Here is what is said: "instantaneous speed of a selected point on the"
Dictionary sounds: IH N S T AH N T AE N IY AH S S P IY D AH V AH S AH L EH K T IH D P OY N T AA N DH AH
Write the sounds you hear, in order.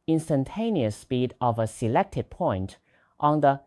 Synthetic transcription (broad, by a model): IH N S T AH N T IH N IY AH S S P IY D AH V AH S AH L EH K T IH D P OY N T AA N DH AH